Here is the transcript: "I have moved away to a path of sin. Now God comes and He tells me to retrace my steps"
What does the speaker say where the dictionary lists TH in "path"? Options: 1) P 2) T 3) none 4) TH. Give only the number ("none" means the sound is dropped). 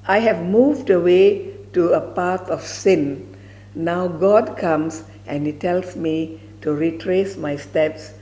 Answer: 2